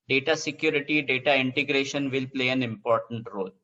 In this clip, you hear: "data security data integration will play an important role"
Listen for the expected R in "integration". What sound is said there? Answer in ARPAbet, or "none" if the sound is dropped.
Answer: R